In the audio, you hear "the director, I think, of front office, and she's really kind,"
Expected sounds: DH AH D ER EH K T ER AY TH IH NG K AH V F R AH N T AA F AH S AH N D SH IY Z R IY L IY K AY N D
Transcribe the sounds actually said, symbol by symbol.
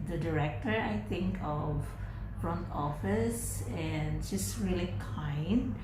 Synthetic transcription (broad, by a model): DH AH D ER EH K T ER AY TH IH NG K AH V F R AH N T AA F AH S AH N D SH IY S R IY L IY K AY N D